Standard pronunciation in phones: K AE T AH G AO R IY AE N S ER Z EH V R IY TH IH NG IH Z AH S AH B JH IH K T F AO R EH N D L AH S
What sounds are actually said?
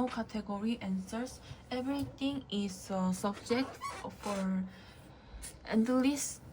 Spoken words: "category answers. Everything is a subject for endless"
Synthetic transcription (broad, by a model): K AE T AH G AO R IY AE N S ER S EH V R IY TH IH NG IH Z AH S AH B JH IH K T F AO R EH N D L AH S